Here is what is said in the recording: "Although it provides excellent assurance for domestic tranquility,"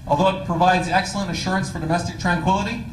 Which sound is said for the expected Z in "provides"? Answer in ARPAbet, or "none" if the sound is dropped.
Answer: Z